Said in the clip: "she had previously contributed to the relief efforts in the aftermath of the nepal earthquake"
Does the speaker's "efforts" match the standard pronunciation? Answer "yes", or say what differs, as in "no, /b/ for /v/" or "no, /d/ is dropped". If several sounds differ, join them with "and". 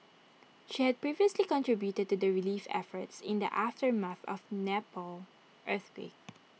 yes